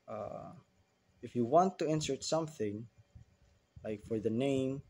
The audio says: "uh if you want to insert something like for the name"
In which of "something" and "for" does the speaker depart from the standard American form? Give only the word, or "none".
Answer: none